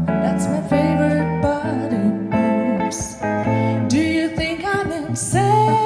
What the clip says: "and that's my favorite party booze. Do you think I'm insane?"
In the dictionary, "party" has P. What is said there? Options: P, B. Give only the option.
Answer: B